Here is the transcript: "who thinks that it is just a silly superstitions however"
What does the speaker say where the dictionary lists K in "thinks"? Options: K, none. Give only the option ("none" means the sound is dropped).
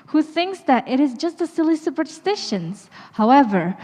K